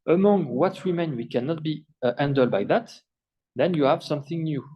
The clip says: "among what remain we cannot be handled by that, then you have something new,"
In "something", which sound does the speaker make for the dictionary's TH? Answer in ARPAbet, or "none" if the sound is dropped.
TH